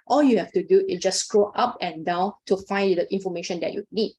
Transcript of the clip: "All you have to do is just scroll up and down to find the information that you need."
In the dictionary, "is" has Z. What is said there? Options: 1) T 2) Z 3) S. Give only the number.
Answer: 3